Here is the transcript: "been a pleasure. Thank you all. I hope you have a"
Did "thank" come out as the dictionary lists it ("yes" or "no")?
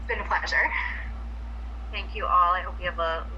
yes